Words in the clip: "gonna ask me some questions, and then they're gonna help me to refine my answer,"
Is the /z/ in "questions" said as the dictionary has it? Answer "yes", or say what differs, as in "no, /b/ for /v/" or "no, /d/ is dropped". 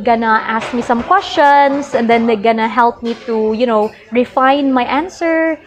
no, /s/ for /z/